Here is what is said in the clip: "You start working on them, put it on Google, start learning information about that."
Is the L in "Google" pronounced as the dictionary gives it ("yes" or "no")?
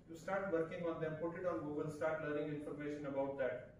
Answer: no